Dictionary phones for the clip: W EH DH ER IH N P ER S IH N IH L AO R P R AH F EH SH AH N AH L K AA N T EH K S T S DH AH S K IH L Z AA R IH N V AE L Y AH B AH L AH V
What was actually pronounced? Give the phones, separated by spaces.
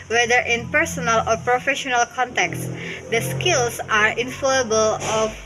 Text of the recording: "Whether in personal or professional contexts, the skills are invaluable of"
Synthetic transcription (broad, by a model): W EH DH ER IH N P ER S IH N IH L AO R P R AH F EH SH AH N AH L K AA N T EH K S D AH S K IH L S AA R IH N F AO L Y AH B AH L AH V